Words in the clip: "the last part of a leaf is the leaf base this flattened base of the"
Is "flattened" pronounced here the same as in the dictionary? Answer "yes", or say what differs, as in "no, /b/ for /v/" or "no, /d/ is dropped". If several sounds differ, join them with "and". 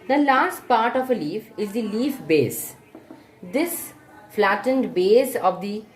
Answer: yes